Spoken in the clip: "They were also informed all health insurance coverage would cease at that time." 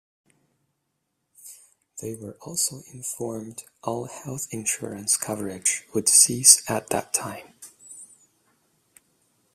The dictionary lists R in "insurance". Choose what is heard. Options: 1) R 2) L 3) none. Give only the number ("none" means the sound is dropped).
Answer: 1